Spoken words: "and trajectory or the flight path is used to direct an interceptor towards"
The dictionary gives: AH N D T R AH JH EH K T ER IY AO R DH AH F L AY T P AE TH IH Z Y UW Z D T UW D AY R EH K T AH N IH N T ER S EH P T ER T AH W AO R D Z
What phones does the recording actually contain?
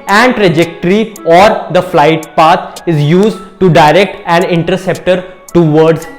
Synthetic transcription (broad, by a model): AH N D T R AH JH EH K T ER IY AO R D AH F L AY T P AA T IH Z Y UW Z D T UW D AY R EH K T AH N IH N T ER S EH P T ER T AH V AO R D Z